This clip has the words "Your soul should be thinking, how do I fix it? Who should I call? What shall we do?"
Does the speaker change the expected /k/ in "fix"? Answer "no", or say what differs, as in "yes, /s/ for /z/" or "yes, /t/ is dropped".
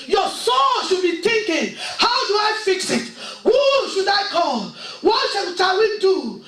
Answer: no